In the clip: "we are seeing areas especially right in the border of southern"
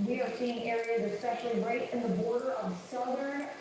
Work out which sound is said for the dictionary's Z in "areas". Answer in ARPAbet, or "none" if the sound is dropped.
Z